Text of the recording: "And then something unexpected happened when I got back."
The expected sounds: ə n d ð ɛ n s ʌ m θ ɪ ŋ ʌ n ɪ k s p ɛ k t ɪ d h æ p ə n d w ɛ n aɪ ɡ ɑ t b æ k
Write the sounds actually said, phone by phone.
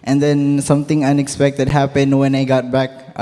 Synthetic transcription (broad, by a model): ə n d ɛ n s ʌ m t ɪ ŋ ʌ n ɪ k s p ɛ k t ɪ d h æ p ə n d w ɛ n aɪ ɡ ɑ t b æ k